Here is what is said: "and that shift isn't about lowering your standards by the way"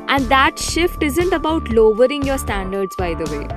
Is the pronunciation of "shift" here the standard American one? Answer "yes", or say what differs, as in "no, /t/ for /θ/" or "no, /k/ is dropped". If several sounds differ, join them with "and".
yes